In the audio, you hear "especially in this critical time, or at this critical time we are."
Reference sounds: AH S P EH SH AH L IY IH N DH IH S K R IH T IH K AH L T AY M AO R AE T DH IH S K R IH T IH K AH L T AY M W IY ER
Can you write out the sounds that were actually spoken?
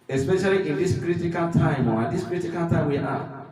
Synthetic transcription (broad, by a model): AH S P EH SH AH L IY IH N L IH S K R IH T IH K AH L T AY M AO W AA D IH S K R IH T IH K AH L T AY W IY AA